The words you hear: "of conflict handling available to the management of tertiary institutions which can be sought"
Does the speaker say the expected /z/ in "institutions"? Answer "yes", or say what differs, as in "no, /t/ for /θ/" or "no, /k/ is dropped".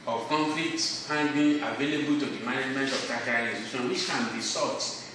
no, /z/ is dropped